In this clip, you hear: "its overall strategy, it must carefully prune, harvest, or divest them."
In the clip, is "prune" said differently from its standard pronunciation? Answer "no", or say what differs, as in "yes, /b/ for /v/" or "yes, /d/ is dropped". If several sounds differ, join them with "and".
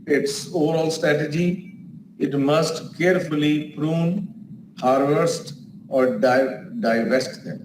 no